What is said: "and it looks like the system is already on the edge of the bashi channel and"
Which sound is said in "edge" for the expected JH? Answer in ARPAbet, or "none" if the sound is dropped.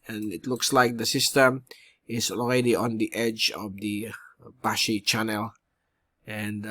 JH